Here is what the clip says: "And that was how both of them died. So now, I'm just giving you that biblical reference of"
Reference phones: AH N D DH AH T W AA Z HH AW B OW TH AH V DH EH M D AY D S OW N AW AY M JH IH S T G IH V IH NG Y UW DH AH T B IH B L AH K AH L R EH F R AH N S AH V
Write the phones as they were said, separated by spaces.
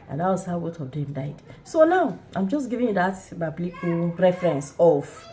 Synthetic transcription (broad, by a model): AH N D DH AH T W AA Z HH AW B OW T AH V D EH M D AY D S OW N AW AY M JH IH S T G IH V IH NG Y UW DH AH T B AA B L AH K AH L R EH F R AH N S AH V